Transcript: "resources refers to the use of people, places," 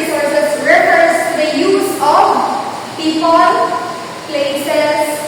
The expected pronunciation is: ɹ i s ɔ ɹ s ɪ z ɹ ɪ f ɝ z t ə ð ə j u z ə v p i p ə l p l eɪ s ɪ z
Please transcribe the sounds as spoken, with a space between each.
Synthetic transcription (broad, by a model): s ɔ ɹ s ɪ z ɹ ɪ p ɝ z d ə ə j u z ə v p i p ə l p l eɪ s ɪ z